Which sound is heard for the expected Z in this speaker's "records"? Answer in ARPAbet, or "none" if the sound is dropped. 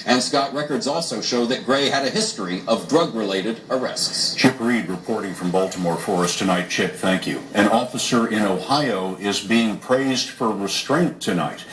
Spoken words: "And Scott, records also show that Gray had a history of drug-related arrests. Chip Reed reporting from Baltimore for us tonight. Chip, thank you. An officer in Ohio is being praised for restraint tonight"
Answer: Z